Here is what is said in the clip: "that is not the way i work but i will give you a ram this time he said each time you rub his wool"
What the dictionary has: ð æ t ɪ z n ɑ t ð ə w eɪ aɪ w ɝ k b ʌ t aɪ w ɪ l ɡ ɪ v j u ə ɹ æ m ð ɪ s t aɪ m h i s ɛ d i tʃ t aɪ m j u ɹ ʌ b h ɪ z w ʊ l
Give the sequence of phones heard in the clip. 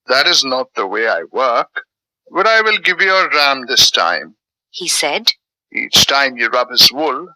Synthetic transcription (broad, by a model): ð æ t ɪ z n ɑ t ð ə w eɪ aɪ w ɝ k b ʌ t aɪ w ɪ l ɡ ɪ v j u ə ɹ æ m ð ɪ s t aɪ m h i s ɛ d i tʃ t aɪ m j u ɹ ʌ b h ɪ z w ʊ l